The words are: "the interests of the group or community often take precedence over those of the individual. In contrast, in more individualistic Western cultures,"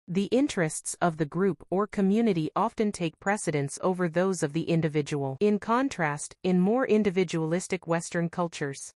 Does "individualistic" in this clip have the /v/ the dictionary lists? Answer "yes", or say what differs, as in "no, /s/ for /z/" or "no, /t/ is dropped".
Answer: yes